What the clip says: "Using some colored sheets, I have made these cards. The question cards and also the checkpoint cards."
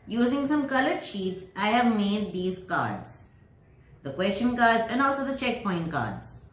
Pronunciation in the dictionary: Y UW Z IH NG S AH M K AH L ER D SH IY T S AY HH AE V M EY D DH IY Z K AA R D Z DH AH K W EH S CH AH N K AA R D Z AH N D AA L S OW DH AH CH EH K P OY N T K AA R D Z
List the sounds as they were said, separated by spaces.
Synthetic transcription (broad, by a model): Y UW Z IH NG S AH M K AH L ER D SH IY T S AY HH AE V M EY D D IY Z K AA R D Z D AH K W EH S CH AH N K AA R D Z AH N D AA L S OW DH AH CH EH K P OY N T K AA R D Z